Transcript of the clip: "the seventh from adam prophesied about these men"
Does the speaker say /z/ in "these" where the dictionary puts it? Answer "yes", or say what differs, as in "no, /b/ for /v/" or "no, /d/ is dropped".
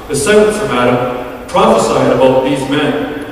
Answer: yes